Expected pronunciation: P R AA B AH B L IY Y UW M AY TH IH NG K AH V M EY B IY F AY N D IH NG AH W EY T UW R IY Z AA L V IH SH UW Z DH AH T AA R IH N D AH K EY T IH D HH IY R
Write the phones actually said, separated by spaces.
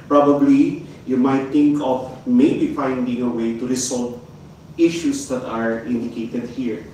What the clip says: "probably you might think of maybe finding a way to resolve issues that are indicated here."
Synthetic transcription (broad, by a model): P R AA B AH B L IY Y UW M AY T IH NG K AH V M EY B IY F AY N D IH NG AH W EY T UW R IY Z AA L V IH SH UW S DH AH T AA R IH N D AH K EY T IH D HH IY R